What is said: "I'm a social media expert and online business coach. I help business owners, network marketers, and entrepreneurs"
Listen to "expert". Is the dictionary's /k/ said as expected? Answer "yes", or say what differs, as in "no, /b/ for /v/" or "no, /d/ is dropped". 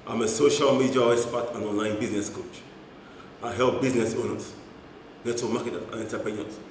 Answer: no, /k/ is dropped